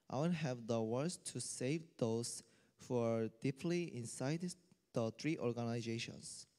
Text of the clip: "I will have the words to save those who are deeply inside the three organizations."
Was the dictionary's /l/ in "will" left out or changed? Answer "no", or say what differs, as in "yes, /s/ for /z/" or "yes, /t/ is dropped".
yes, /n/ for /l/